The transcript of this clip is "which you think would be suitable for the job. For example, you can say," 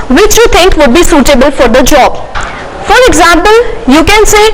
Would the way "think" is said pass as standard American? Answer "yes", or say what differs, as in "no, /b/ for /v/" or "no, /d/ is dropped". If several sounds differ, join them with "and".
no, /t/ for /θ/